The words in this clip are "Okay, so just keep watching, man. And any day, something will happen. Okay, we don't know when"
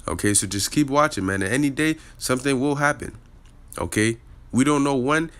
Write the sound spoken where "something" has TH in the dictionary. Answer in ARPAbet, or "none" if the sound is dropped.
TH